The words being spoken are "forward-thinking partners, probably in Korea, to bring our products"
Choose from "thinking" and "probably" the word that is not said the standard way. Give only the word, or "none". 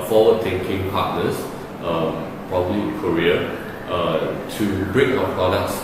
thinking